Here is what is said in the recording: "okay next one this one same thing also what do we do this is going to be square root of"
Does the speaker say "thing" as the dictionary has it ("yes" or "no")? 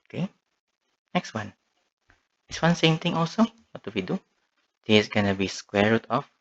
no